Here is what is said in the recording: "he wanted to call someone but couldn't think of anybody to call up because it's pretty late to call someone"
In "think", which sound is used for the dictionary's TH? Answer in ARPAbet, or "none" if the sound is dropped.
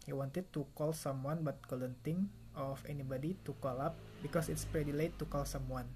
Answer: T